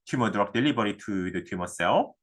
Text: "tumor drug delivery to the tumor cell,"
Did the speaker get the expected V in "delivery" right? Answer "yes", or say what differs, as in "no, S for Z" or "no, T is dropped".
no, B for V